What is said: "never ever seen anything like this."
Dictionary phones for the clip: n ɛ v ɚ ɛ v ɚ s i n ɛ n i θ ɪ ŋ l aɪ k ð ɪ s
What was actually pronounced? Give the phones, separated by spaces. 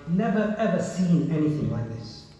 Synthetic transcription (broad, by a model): n ɛ v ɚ ɛ v ɚ s i n ɛ n i θ ɪ ŋ l aɪ k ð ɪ s